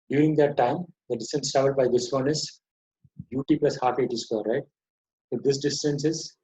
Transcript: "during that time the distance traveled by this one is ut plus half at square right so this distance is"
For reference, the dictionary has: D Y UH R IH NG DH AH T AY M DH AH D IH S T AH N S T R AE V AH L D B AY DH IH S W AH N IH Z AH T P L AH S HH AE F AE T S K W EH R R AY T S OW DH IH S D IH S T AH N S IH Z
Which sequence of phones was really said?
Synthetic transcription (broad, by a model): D Y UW R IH NG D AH T AY M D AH D IH S T AH N S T AE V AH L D B AY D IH S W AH N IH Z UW T P L AH S HH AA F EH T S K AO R R AY T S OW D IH S D IH S T AH N S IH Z